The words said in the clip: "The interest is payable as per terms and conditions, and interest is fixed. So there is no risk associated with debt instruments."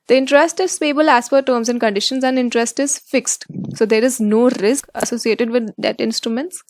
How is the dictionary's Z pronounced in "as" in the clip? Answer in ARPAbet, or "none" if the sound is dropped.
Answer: S